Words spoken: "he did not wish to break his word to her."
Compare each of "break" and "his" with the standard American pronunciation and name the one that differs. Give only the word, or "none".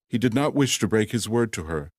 none